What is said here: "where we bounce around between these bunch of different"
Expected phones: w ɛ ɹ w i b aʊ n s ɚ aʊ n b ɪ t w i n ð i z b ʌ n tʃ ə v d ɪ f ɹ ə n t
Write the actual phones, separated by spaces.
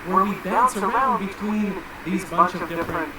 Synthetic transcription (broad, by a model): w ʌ ɹ w i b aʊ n s ɚ aʊ n b ɪ t w i n ð i z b ʌ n tʃ ə v d ɪ f ɹ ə n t